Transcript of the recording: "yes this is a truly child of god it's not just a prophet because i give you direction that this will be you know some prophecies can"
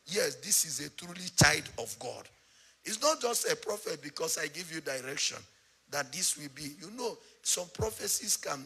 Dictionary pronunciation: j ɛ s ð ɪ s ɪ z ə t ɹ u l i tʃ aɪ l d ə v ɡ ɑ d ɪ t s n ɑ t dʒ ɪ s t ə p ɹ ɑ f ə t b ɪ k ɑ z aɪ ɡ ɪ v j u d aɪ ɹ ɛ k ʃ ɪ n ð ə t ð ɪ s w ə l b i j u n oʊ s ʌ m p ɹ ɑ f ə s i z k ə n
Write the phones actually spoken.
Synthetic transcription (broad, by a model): j ɛ s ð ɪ s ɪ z ə t ɹ u l i tʃ aɪ d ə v ɡ ɑ d ɪ t s n ɑ t dʒ ɪ s t ə p ɹ ɑ f ə t b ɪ k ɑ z aɪ ɡ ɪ v j u d aɪ ɹ ɛ k ʃ ɪ n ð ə t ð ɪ s w ə l b i j u n oʊ s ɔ m p ɹ ɑ f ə s i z k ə n